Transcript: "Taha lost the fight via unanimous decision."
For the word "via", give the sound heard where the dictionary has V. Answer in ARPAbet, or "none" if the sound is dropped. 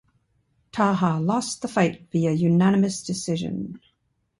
B